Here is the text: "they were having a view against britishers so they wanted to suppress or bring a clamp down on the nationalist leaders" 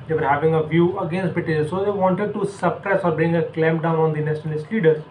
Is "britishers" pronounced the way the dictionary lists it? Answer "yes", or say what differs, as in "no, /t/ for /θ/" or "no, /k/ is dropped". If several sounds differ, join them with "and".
no, /ɹ/ is dropped